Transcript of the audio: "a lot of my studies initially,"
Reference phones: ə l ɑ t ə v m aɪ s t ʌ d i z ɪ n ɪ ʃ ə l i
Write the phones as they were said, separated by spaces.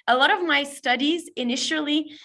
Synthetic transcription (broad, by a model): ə l ɑ t ə v m aɪ s t ʌ d i z ɪ n ɪ ʃ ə l i